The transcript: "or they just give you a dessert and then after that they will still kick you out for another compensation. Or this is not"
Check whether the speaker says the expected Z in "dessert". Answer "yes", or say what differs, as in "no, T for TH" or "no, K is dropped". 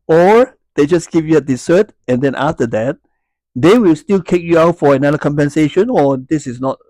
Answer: no, S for Z